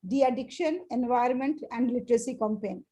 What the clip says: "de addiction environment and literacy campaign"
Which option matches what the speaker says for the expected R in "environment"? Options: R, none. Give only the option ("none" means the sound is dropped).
none